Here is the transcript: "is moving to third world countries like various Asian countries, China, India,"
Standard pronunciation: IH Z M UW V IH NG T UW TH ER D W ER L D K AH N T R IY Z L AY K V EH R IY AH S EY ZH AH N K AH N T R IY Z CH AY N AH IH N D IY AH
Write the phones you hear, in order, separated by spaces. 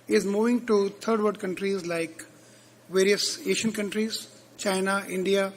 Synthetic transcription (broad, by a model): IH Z M UW V IH NG T UW T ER D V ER D K AH N T R IY Z L AY K V EH R IY AH S EY SH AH N K AH N T R IY Z CH AY N AH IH N D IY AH